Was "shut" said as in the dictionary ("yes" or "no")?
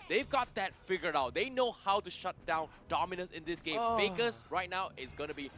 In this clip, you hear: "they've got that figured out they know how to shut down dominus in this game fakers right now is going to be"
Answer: yes